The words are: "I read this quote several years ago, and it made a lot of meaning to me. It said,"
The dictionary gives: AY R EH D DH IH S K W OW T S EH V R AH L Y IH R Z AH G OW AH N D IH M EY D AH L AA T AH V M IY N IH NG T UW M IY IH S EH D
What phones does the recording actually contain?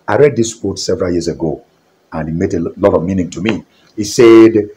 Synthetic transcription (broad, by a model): AY R EH D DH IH S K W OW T S EH V R AH L Y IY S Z AH G OW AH N IH M EY D AH L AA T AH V M IY N IH NG T UW M IY IH S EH D